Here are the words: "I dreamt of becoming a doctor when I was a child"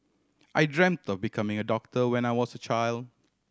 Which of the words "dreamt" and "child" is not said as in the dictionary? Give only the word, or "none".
none